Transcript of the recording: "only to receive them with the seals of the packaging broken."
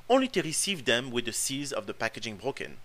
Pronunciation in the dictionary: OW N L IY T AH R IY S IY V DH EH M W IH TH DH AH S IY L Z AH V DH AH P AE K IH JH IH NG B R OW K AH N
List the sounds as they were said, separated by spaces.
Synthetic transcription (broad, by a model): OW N L IY T AH R IY S IY V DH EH M W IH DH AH S IY Z AH V DH AH P AE K IH JH IH NG B R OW K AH N